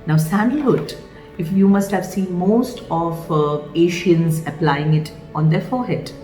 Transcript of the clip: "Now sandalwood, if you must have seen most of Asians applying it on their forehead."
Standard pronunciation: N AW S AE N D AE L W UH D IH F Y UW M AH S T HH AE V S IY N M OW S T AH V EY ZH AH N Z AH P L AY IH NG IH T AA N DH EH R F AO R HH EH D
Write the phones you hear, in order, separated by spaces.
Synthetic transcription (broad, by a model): N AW S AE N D L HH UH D IH F Y UW M AH S T HH AE V S IY N M OW S T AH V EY SH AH N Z AH P L AY IH NG IH T AA N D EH R F AO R HH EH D